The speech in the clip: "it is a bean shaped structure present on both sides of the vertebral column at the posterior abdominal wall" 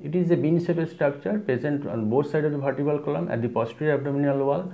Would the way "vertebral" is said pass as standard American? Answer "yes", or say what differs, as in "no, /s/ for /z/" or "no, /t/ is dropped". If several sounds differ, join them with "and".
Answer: no, /b/ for /v/ and /ɹ/ is dropped